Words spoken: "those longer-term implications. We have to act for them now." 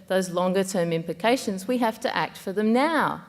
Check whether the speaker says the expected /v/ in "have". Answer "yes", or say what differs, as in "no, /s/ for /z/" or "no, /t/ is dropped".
no, /f/ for /v/